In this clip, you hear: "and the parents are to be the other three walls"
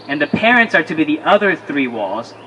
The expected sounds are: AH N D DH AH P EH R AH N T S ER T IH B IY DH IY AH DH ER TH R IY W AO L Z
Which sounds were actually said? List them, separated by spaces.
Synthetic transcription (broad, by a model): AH N DH AH P EH R AH N T S ER T IH B IY DH IY AH DH ER TH R IY W AO L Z